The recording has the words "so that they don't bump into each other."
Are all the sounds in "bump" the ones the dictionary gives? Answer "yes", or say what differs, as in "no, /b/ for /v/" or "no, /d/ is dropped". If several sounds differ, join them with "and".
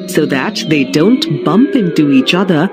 yes